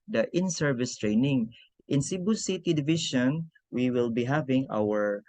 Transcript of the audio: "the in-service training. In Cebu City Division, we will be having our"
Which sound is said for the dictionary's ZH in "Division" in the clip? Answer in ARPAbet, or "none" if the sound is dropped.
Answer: SH